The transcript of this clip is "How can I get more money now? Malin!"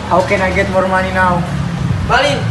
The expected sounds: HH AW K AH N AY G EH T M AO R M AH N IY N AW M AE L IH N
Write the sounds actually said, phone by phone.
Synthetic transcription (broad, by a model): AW K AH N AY G EH T M AO R M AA L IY N AW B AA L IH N